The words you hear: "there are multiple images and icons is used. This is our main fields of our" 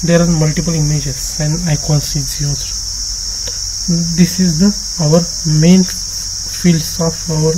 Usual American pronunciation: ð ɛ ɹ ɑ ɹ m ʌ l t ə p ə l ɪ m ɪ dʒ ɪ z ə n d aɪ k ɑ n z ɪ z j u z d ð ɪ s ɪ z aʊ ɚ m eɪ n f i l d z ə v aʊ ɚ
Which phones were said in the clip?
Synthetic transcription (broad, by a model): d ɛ ɹ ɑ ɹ m ʌ l t ə p ə l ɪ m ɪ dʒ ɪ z ə n d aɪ k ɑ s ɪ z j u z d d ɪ s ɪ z aʊ ɚ m eɪ n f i l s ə f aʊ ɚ